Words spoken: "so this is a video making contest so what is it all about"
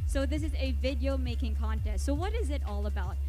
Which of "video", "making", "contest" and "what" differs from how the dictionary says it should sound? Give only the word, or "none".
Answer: none